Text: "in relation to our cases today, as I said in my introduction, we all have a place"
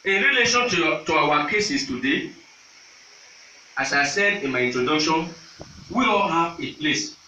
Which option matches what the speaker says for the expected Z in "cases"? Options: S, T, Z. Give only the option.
S